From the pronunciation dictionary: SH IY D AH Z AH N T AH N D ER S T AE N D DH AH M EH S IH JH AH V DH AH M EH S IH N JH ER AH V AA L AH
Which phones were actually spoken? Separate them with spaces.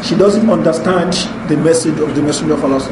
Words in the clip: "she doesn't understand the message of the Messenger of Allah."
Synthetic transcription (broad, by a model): SH IY D AH Z AH N T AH N D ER S T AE N D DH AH M EH S IH JH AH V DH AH M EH S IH JH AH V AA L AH